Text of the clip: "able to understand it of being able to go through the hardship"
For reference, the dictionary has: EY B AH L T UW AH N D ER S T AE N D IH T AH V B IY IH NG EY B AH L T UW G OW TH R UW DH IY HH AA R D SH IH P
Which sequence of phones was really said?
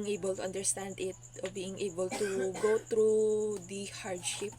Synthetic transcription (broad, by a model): EY B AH L T UW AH N D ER S T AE N D IH T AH B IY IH NG EY B AH L T UW G OW T R UW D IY HH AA R D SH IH P